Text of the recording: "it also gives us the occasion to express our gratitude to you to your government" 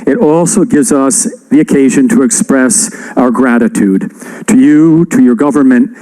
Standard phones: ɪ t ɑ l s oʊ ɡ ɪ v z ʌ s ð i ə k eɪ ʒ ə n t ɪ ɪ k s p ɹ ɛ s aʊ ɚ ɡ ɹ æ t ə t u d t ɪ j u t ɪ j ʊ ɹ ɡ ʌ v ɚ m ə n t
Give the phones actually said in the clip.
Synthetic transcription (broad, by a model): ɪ t ɑ l s oʊ ɡ ɪ v z ʌ s ð i ə k eɪ ʒ ə n t ɪ ɪ k s p ɹ ɛ s aʊ ɚ ɡ ɹ æ t ə t u d t ɪ j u t ɪ j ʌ ɹ ɡ ʌ v ɚ m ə n t